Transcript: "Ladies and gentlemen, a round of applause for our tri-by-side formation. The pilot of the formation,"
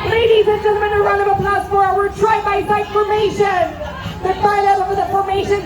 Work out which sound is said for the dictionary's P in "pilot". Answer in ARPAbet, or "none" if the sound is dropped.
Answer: F